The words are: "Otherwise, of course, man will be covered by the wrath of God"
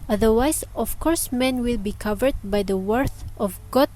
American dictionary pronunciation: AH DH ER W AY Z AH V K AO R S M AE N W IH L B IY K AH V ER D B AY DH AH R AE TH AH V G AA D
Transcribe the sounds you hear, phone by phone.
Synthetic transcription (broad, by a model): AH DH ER W AY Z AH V K AO R S M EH N W IH L B IY K AH V ER D B AY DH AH W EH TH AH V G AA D